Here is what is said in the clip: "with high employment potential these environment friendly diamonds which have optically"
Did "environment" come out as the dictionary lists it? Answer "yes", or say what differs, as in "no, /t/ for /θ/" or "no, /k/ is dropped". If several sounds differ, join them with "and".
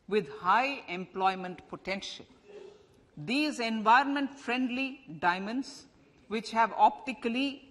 yes